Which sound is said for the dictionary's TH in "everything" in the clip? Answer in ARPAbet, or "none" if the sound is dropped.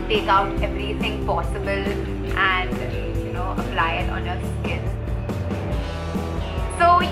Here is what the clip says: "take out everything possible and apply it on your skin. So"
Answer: TH